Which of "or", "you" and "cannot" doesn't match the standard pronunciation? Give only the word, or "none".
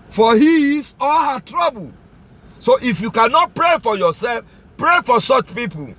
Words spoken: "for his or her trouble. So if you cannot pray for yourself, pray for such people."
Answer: or